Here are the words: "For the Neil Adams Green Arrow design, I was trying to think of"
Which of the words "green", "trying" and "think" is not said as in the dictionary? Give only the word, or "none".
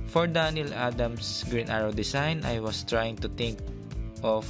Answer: think